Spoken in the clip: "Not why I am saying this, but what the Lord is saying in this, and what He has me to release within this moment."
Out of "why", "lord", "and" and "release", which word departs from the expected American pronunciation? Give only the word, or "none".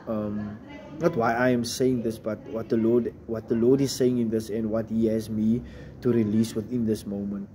lord